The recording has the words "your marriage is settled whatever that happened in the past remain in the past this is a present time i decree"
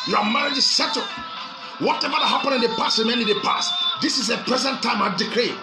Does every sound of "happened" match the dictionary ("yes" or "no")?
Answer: no